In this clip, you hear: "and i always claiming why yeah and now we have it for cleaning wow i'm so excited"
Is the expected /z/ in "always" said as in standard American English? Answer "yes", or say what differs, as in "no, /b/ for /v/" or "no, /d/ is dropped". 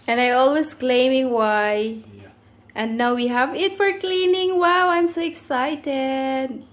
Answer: no, /s/ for /z/